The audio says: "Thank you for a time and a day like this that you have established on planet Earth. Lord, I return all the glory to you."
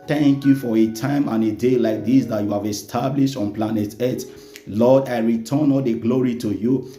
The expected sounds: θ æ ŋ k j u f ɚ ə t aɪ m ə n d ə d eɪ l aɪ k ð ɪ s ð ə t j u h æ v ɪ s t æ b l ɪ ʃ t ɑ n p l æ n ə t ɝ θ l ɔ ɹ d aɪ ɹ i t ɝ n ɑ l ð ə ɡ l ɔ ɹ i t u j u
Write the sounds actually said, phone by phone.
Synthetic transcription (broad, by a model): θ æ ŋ k j u f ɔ ə t aɪ m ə n ə d eɪ l aɪ k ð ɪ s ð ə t j u h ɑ v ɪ s t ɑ b l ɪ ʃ t ɑ n p l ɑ n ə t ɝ t l ɔ d aɪ ɹ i t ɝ n ɑ l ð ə ɡ l ɔ ɹ i t u j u